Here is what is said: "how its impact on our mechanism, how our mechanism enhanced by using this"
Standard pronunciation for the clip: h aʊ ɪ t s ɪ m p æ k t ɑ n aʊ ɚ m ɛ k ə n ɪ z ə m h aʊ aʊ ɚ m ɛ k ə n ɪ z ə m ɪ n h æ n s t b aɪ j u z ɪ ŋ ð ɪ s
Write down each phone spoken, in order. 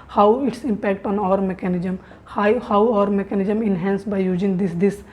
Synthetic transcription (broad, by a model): h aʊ ɪ t s ɪ m p æ k t ɑ n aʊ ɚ m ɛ k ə n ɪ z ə m h aʊ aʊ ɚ m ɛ k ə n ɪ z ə m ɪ n h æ n s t b aɪ j u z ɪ ŋ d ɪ s